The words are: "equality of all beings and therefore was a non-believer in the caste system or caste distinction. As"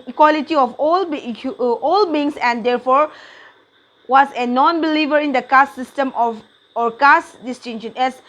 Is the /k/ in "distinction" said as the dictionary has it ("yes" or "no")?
no